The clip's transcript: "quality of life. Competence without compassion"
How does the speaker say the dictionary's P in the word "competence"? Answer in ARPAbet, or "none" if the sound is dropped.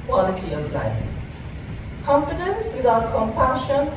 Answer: F